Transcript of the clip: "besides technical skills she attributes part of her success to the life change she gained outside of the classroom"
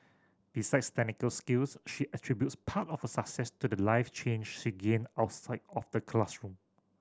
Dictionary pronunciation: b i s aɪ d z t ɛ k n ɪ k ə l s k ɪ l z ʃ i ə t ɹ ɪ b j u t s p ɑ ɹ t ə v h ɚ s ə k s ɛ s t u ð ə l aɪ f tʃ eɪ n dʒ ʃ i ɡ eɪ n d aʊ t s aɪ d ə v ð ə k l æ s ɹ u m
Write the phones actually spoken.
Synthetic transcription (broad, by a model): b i s aɪ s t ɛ n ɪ k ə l s k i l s ʃ i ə t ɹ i b j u t s p ɑ t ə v h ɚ s ə k s ɛ s t u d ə l aɪ f tʃ eɪ n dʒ ʃ i ɡ eɪ n aʊ t s aɪ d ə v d ə k l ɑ s ɹ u m